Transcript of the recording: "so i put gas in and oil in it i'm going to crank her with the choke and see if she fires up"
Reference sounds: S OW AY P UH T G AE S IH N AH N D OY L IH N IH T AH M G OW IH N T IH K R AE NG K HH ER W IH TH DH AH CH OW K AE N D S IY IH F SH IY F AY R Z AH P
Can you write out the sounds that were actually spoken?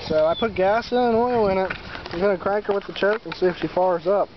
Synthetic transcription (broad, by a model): S OW AY P UH T G AE S IH N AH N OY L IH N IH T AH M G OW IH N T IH K R AE NG K ER W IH DH AH CH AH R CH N S IY IH F SH IY F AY R Z AH P